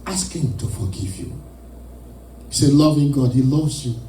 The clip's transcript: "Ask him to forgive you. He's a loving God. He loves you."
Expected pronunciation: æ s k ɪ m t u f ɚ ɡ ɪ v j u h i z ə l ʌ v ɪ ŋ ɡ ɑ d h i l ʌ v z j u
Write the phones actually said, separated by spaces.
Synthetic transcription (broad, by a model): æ s k ɪ m t u f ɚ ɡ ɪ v j u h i s ə l ʌ v ɪ ŋ ɡ ɑ d h i l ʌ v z j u